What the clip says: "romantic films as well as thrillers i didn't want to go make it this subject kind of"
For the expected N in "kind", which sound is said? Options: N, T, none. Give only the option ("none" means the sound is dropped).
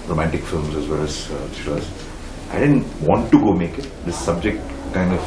N